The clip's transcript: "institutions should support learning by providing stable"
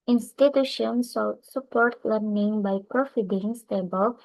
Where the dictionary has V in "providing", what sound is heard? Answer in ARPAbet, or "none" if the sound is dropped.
F